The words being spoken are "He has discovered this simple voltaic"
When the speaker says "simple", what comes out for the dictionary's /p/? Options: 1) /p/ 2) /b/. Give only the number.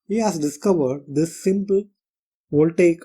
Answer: 1